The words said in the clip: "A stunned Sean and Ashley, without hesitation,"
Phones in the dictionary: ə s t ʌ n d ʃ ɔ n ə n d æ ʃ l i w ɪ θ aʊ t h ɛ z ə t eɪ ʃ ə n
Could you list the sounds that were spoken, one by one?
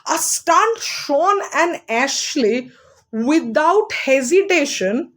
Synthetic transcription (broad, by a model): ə s t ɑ n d ʃ ɔ n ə n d æ ʃ l i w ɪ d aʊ t h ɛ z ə t eɪ ʃ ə n